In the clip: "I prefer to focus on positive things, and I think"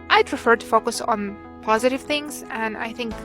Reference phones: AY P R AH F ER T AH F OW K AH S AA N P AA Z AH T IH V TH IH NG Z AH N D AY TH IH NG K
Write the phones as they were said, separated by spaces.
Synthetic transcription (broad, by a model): AY P R AH F ER T AH F OW K AH S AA N P AA Z AH T IH V TH IH NG Z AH N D AY TH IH NG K